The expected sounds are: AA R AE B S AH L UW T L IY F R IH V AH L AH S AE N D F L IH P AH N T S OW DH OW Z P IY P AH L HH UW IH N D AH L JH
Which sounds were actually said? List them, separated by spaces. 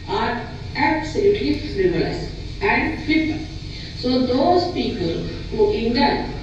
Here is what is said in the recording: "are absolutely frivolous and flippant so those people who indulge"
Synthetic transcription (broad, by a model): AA R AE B S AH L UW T IY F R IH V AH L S AE N D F IH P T S OW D OW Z P IY P AH L HH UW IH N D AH